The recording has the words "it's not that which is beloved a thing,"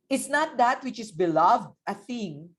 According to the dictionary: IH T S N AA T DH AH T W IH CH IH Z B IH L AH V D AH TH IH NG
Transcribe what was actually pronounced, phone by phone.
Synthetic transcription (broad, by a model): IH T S N AA T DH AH T W IH CH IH S B IH L AH V D AH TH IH NG